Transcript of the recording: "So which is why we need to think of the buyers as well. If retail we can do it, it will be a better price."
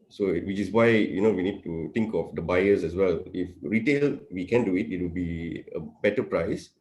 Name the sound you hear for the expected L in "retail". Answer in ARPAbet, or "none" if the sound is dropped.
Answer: L